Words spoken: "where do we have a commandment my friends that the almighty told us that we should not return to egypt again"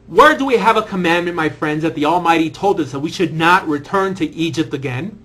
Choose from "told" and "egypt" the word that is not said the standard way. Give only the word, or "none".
none